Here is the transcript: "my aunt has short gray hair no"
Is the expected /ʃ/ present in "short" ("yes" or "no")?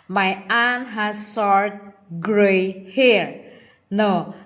no